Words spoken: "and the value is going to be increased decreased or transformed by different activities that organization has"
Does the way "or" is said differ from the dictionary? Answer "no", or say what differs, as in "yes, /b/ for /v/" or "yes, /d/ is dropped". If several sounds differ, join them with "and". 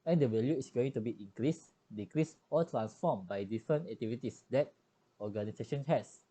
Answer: yes, /l/ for /ɹ/